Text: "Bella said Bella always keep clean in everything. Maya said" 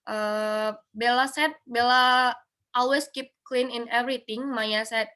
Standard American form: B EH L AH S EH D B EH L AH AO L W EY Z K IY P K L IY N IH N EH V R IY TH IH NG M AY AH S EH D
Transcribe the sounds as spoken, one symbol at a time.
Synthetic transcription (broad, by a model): B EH L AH S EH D B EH L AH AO L W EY S K IY P K L IY N IH N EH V R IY T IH NG M AY AH S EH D